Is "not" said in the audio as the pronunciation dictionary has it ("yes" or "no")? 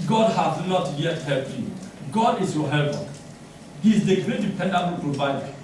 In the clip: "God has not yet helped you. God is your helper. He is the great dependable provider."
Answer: yes